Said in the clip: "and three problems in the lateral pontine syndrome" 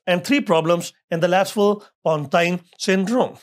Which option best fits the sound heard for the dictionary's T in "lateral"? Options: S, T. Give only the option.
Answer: S